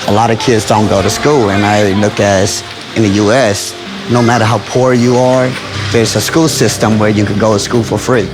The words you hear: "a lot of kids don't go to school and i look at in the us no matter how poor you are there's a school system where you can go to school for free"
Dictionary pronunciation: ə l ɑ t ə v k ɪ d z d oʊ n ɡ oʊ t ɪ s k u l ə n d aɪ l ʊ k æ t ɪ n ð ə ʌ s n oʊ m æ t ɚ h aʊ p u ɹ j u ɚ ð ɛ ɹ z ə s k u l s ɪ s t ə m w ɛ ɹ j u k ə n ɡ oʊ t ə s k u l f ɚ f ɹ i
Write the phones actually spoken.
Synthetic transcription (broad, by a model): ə l ɑ t ə v k ɪ d z d oʊ n ɡ oʊ t ɪ s k u l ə n aɪ l ʊ k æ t ɪ n ð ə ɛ s n oʊ m æ t ɚ h aʊ p u ɹ j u ɚ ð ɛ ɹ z ə s k u l s ɪ s t ə m w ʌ ɹ j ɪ k ə n ɡ oʊ t ə s k u l f ɚ f ɹ i